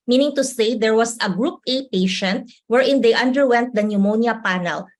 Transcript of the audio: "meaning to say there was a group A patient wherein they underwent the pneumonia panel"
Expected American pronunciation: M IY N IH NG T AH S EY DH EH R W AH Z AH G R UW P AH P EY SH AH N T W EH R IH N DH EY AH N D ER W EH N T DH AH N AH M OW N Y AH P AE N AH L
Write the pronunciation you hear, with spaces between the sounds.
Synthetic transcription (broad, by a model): M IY N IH NG T AH S EY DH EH R W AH S AH G R UW P AH P EY SH AH N T W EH R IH N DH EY AH N D ER W EH N T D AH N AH M OW N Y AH P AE N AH L